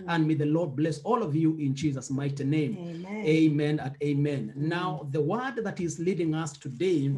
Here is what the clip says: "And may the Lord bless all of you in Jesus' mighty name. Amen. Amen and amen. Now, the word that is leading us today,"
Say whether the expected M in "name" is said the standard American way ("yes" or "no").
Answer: no